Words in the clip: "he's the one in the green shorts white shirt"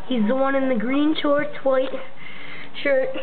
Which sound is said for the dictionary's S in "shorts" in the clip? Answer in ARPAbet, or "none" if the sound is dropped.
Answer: none